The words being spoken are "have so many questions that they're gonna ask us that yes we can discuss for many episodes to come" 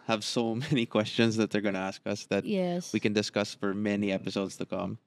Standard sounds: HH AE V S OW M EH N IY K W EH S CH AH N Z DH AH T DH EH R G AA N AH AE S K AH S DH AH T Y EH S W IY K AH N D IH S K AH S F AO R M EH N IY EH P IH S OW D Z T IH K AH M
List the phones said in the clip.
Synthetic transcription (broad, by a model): HH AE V S OW M EH N IY K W EH S CH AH N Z DH AH T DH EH R G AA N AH AE S K AH S DH AH T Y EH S W IY K AH N D IH S K AH S F AO R M EH N IY EH P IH S OW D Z T IH K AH M